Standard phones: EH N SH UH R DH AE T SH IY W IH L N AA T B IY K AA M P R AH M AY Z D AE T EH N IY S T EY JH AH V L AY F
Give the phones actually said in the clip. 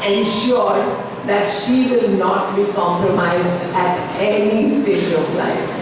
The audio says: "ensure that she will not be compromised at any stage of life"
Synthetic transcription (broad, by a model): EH N SH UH R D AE T SH IY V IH L N AA T B IY K AA M P R AH M AY Z D AE T EH N IY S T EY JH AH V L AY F